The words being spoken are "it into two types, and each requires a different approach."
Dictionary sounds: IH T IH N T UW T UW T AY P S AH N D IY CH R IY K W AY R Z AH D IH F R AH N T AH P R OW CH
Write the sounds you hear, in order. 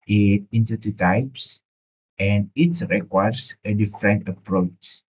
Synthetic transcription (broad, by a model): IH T IH N T UW T UW T AY P S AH N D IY S R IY K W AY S AH D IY F R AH N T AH P R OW CH